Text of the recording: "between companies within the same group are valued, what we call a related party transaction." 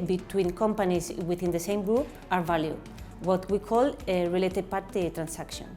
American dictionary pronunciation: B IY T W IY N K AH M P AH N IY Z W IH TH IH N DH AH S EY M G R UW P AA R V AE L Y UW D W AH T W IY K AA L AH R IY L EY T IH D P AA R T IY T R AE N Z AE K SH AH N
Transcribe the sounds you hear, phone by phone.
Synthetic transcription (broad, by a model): B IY T W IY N K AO M P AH N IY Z W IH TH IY N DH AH S EY M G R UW AA R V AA L Y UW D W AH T W IY K AA L AH R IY L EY T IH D P AA R T IY T R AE N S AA K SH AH N